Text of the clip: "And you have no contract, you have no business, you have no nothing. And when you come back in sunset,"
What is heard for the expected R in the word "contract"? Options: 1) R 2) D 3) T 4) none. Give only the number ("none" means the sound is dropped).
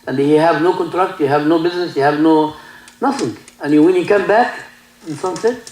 1